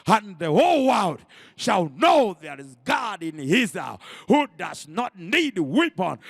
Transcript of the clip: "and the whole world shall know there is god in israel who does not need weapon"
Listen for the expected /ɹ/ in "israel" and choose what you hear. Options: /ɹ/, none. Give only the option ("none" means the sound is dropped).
none